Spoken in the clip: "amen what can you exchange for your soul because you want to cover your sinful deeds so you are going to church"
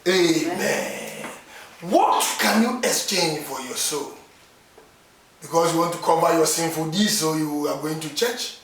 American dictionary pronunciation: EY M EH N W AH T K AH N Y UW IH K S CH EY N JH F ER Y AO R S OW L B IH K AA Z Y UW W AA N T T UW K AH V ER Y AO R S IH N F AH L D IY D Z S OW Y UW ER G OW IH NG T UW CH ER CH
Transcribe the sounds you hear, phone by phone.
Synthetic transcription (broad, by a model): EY M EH N W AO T K AH N Y UW IH K S CH EY N JH F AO Y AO S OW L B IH K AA S Y UW W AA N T T UW K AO B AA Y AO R S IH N F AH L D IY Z S OW Y UW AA G OW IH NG T UW CH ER CH